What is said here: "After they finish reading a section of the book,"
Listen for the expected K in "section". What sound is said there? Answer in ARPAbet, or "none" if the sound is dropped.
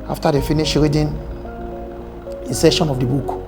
none